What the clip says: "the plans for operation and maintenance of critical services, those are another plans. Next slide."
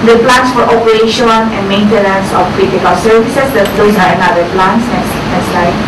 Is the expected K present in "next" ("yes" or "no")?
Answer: no